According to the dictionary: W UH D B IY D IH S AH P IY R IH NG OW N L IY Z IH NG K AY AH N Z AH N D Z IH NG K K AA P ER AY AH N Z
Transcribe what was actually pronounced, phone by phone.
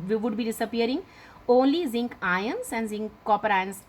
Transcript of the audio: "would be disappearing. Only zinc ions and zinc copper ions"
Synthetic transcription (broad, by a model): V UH D B IY D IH S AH P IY R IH NG OW N L IY Z IH NG K AY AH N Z AH N D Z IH NG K K AA P ER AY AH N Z